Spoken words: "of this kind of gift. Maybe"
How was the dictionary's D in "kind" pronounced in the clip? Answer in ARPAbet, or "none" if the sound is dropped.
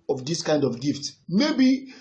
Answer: D